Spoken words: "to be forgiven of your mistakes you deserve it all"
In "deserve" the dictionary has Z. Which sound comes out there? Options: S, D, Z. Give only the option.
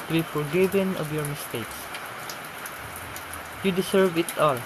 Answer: S